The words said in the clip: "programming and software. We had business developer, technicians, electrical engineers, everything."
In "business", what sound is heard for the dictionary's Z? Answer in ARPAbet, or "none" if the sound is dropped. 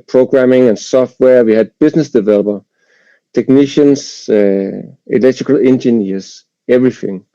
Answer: S